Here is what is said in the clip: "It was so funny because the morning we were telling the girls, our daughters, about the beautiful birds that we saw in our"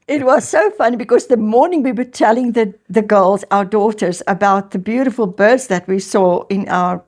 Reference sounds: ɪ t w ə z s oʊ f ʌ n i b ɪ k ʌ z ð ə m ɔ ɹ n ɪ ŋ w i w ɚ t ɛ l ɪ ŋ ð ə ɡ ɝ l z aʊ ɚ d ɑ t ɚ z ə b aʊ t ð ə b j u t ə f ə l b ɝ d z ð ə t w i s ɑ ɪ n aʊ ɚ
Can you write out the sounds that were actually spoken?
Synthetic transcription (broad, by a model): ɪ t w ə z s oʊ f ʌ n i b ɪ k ʌ z ð ə m ɔ ɹ n ɪ ŋ w i w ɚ t ɛ l ɪ ŋ ð ə ɡ ɝ l z aʊ ɚ d ɑ t ɚ z ə b aʊ t ð ə b j u t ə f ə l b ɝ d z ð ə t w i s ɑ ɪ n aʊ ɚ